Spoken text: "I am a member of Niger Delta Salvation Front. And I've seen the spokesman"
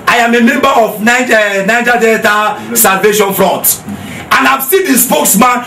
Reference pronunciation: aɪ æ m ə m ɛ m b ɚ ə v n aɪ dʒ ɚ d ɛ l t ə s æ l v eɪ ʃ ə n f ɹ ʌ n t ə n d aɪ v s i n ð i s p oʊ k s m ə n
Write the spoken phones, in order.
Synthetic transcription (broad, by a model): aɪ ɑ m ə m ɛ m b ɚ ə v n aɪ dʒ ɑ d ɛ t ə s æ l v eɪ ʃ ə n f ɹ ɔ n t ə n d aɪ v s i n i s p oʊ k s m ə n